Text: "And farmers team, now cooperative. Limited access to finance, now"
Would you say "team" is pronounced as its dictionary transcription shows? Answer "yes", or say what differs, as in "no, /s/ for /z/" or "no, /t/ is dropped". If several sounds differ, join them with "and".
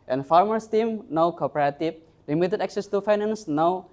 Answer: yes